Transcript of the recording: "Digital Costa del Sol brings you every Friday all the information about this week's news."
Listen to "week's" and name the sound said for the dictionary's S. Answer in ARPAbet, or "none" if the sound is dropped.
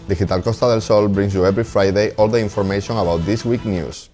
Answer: none